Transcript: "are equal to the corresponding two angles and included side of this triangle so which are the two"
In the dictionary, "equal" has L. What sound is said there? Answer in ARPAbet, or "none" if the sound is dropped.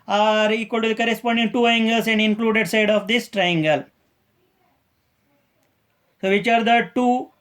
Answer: L